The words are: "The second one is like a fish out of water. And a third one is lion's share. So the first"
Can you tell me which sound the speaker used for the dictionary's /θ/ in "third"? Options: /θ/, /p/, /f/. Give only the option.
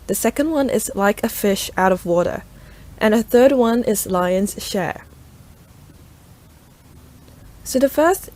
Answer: /θ/